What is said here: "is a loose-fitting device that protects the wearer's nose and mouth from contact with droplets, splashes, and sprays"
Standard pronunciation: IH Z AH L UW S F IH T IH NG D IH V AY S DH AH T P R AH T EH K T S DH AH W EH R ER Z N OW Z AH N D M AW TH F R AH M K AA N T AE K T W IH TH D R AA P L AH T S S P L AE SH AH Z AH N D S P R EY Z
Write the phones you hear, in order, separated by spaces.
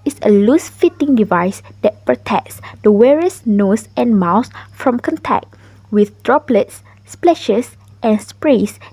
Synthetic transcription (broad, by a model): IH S AH L UW S F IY T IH NG D IH V AY S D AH T P R AH T EH K T S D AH W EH R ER S N OW S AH N M AW S F R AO M K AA N T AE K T W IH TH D R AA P L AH T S S P L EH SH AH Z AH N S P R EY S